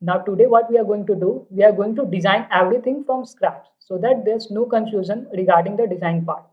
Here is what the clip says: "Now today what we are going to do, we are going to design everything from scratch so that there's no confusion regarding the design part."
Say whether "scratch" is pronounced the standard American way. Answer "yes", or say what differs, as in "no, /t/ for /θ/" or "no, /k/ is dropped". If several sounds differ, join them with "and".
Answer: no, /s/ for /tʃ/